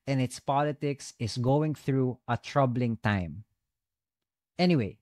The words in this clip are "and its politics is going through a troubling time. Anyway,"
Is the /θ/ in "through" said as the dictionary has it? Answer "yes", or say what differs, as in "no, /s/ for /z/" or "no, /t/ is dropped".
yes